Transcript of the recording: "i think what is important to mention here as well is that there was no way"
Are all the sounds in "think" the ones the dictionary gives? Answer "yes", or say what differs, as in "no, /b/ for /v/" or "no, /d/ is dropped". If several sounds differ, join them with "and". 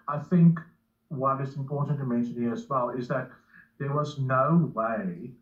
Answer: yes